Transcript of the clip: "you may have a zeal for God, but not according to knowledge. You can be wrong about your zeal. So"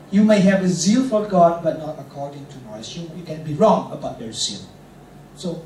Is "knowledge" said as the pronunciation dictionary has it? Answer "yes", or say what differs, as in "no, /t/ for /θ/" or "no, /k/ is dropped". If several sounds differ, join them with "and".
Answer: no, /l/ is dropped